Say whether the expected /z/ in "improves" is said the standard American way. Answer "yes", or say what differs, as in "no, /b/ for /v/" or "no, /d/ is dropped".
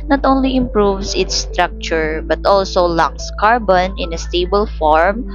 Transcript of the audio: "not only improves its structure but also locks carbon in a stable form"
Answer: no, /s/ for /z/